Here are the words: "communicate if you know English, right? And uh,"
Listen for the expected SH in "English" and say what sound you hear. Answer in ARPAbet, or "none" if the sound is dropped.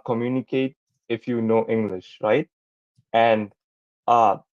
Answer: SH